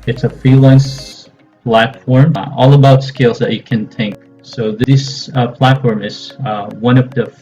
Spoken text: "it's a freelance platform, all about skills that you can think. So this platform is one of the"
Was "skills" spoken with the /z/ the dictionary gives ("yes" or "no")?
yes